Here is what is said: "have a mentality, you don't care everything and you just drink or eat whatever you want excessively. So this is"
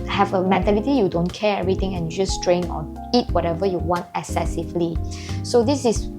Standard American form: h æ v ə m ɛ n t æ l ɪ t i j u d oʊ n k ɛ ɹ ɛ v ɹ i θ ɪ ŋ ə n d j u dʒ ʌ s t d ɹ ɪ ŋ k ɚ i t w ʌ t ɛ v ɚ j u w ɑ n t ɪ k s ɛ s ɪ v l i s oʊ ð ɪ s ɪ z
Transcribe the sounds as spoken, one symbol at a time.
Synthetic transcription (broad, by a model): h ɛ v ə m ɛ n t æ l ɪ t i j u d oʊ n k ɛ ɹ ɛ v ɹ i t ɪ ŋ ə n j u dʒ ʌ s t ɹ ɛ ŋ ɔ i t w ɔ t ɛ v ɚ j u w ɑ n t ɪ k s ɛ s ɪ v l i s oʊ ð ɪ s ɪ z